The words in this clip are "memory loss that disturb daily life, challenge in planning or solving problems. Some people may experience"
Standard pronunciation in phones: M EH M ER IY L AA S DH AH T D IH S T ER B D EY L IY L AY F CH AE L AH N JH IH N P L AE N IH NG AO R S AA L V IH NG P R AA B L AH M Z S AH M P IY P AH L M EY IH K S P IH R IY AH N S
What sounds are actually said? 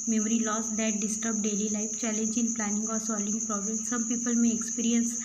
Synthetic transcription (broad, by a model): M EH M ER IY L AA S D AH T D IH S T ER B D EY L IY L AY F CH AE L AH N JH IH N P L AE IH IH NG AO R S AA L IH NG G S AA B AH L S AH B P IY P AH L M EY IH K S P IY R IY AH N S